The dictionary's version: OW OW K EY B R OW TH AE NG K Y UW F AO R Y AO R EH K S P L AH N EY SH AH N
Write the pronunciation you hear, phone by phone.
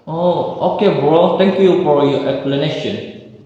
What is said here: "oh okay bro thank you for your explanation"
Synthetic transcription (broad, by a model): OW OW K EY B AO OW T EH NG K Y UW F AO R Y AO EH K S P L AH N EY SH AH N